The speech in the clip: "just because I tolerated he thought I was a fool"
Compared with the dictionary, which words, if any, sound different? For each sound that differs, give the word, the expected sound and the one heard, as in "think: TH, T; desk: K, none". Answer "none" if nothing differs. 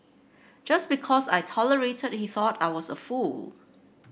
because: Z, S